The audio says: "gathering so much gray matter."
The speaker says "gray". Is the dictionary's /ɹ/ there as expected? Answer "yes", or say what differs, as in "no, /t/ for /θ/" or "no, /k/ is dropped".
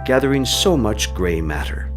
yes